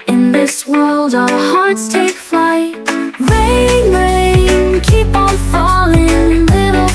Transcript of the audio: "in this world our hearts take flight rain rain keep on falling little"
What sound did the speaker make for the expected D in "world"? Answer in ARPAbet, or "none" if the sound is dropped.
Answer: D